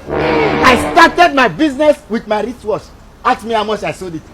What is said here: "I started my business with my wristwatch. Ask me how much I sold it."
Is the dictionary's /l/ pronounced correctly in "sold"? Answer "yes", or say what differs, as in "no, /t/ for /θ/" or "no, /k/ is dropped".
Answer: no, /l/ is dropped